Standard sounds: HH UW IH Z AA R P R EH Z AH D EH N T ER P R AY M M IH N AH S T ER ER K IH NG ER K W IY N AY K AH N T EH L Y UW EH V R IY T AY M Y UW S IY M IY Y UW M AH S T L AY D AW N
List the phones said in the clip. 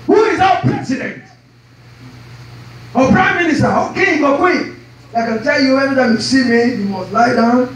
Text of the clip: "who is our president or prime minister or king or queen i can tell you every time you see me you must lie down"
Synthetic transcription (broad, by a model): HH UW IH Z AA P R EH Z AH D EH N T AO P R AY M M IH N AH S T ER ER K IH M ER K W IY AY K AH N T EH L Y UW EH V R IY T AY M Y UW S IY M IY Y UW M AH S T L AY D AW N